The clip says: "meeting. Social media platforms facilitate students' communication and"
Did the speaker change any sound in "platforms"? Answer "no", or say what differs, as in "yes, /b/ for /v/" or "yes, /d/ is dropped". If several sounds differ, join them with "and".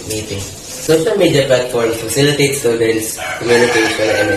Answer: yes, /z/ is dropped